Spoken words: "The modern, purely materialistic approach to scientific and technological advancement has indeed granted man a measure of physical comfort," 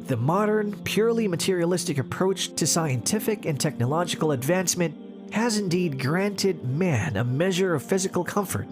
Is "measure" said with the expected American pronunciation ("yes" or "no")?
yes